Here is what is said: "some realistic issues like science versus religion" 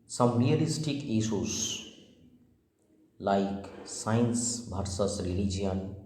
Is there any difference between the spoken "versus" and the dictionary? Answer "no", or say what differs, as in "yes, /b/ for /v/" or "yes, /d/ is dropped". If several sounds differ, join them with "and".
yes, /b/ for /v/